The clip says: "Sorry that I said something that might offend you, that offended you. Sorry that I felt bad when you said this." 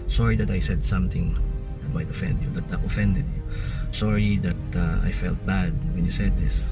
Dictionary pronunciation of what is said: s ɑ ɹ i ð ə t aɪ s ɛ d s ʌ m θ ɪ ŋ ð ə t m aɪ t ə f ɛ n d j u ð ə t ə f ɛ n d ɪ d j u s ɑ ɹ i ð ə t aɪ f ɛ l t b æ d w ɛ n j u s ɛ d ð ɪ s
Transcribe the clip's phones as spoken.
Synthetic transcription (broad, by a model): s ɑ ɹ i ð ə t aɪ s ɛ d s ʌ m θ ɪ ŋ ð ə t m aɪ t ə f ɛ n d j u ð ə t ə f ɛ n d ɪ d j u s ɑ ɹ i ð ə t aɪ f ɛ l t b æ d w ɛ n j u s ɛ d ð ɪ s